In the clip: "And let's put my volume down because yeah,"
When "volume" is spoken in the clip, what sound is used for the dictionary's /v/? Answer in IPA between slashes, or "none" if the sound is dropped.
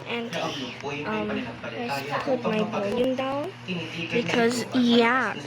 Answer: /b/